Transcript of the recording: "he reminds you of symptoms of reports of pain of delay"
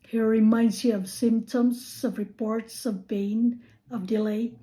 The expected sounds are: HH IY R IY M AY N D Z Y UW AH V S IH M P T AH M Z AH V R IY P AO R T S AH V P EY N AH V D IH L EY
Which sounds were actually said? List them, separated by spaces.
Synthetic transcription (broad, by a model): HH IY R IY M AY N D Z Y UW AH V S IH M P T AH M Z AH V R IY P AO R T S AH V B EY N AH V D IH L EY